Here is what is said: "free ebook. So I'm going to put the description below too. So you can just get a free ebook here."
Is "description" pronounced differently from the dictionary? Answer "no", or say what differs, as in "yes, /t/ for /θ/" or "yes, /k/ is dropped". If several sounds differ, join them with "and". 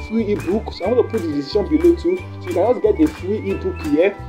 yes, /p/ is dropped